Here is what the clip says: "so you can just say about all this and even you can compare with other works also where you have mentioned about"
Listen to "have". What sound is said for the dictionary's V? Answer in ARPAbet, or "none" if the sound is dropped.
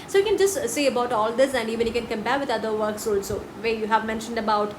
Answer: V